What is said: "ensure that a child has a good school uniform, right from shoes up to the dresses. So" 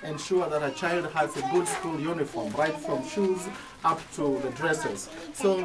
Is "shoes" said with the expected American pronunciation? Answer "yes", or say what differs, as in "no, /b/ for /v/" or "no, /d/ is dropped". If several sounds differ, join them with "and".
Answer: yes